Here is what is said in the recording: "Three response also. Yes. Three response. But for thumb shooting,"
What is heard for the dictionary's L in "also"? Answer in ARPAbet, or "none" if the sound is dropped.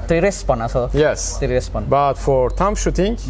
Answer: none